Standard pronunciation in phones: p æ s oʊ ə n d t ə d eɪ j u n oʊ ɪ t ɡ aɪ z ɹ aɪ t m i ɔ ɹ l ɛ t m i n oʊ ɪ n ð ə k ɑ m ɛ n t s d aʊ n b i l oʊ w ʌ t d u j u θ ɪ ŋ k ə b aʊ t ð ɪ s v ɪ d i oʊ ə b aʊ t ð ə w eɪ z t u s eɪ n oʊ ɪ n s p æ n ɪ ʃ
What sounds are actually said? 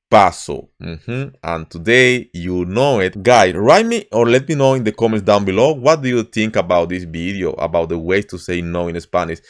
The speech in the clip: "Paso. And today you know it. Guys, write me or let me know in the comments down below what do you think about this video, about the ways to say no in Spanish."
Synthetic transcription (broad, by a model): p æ s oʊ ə n t ə d eɪ j u n oʊ ɪ t ɡ aɪ s ɹ aɪ t m i ɔ ɹ l ɛ t m i n oʊ ɪ n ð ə k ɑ m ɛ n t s d aʊ n b i l oʊ w ʌ t d u j u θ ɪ ŋ k ə b aʊ t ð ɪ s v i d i oʊ ə b aʊ t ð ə w eɪ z t u s eɪ n oʊ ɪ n s p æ n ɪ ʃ